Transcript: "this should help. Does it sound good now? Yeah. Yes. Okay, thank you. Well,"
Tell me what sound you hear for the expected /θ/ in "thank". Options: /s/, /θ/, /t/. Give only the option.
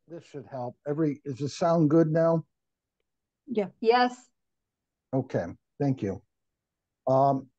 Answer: /θ/